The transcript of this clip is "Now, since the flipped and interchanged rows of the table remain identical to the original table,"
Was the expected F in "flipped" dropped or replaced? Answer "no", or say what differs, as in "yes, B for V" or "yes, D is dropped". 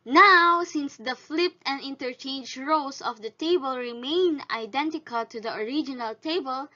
no